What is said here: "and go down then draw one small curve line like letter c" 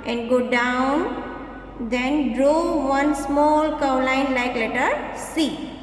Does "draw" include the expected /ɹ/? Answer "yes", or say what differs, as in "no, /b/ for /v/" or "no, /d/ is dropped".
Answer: yes